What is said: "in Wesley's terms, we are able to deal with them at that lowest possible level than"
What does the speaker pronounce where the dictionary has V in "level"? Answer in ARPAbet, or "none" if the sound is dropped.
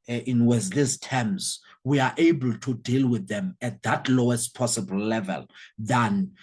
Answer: V